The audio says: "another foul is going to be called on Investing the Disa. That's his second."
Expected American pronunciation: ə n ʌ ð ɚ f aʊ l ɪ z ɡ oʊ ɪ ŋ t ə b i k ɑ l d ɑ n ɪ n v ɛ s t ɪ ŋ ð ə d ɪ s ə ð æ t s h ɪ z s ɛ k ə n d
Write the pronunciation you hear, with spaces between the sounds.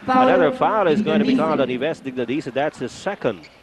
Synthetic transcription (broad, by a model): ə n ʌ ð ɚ f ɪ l ɪ z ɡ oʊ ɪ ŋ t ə b i k ɑ l d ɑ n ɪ v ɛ s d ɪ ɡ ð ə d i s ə ð æ t s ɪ s ɛ k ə n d